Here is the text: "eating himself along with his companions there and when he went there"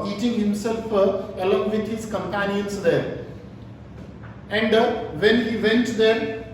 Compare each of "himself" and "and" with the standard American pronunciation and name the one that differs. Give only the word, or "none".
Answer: none